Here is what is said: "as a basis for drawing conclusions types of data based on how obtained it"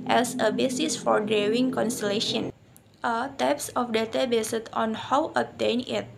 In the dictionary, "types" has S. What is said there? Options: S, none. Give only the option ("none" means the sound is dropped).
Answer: S